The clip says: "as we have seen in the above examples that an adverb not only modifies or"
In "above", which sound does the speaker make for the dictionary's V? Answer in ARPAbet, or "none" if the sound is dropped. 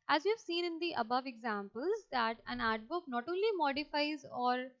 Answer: V